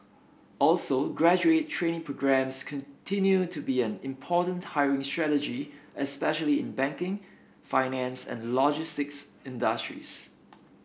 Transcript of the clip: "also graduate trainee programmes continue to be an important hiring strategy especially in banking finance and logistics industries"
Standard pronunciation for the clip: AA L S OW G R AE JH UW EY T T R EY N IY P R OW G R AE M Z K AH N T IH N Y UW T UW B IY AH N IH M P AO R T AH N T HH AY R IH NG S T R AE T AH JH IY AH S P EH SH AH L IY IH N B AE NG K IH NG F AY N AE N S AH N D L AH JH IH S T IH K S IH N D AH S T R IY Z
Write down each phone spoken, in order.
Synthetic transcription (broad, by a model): AA L S OW G R AE JH UW EY T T R EY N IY P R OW G R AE M S K AH N T IH N Y UW T UW B IY AH N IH M P AO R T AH N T HH AY R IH NG S T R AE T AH JH IY AH S P EH SH AH L IY IH N B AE NG K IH NG F AY N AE N S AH N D L AH JH IH S T IH K S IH N D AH S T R IY S